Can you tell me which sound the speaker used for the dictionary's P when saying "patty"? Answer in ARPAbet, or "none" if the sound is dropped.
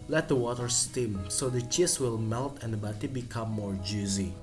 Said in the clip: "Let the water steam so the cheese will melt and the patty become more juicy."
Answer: B